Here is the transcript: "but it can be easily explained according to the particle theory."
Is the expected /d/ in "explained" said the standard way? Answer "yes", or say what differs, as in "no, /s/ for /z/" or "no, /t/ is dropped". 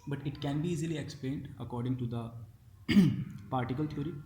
yes